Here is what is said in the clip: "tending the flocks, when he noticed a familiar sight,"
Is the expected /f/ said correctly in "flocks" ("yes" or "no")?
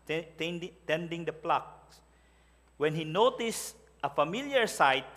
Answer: no